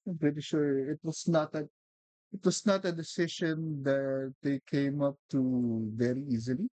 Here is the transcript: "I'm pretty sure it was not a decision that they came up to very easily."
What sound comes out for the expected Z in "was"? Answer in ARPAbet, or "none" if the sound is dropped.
S